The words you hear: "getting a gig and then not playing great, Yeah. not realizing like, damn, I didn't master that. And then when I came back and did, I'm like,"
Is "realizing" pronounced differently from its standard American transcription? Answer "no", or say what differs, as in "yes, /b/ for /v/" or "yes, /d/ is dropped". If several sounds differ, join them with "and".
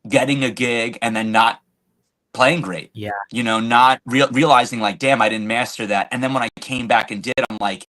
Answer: no